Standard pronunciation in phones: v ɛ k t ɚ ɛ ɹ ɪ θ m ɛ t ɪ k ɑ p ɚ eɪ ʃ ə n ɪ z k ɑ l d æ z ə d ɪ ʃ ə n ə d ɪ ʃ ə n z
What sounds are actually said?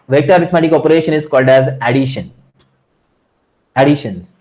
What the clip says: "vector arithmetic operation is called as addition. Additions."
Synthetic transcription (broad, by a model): v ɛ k t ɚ ɹ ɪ t m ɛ t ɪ k ɑ p ɚ eɪ ʃ ə n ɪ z k ɑ l d æ z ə d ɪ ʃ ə n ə d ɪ ʃ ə n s